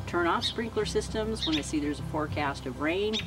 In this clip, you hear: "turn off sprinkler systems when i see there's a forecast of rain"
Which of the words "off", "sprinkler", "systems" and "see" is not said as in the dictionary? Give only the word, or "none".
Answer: none